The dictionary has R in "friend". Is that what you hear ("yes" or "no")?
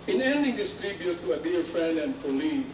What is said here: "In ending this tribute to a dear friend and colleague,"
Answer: no